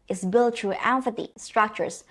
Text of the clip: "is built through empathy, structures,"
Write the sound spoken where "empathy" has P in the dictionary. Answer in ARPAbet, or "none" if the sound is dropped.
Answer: F